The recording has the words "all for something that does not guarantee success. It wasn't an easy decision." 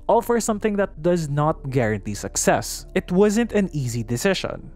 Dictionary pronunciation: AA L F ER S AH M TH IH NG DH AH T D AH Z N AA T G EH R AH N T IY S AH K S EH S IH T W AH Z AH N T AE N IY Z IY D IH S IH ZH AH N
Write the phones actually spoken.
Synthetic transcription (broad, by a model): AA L F ER S AH M TH IH NG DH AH T D AH Z N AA T G EH R AH N T IY S AH K S EH S IH T W AH Z AH N T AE N IY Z IY D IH S IH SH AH N